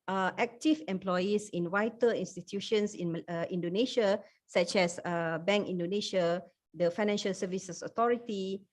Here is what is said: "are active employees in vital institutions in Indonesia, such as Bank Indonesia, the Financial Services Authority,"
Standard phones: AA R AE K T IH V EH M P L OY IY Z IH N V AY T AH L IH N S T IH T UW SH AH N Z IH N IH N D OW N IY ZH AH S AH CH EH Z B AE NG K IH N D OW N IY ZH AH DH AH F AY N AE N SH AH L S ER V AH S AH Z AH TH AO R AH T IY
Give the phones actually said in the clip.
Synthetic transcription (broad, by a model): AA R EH K T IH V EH M P L OY IY S IH N W AY T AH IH N S T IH T UW SH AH N S IH N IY N D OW N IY SH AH S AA CH EH S B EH NG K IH N D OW N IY SH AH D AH F AY N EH N SH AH L S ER V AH S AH S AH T AO R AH T IY